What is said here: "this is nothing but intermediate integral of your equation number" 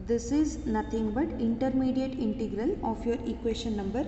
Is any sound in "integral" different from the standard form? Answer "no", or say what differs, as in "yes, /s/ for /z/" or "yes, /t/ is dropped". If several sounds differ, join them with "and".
no